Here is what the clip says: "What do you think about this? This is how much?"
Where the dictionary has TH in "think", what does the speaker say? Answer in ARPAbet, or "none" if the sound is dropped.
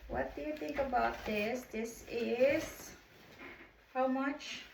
TH